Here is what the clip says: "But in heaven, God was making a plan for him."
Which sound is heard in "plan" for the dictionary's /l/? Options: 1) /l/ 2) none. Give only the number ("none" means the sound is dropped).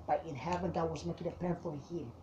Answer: 2